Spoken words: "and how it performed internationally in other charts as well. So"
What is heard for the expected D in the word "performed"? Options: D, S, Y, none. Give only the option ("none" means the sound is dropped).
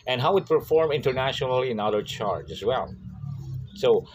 none